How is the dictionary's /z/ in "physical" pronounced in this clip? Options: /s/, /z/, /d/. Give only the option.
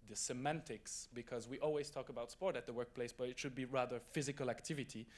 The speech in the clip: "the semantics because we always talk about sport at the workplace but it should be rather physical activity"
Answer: /z/